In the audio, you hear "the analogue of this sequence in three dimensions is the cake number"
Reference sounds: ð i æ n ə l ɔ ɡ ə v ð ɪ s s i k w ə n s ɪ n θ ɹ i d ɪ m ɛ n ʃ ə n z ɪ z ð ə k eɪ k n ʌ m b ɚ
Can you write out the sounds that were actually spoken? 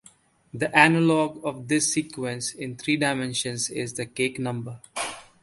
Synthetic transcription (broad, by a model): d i æ n ə l ɔ ɡ ə v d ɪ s s i k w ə n s ɪ n t ɹ i d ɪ m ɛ n ʃ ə n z ɪ z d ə k eɪ k n ʌ m b ɚ